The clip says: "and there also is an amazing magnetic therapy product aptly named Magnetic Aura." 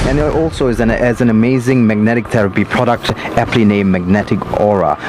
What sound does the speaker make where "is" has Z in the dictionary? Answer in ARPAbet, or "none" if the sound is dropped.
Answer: Z